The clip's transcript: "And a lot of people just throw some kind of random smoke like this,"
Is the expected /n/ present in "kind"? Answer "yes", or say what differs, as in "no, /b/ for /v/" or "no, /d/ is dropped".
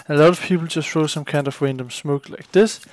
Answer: yes